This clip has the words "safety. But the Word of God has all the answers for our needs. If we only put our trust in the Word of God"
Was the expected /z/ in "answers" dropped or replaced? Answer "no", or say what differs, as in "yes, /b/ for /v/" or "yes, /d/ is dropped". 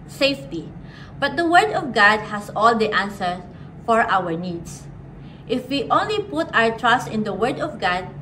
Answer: yes, /z/ is dropped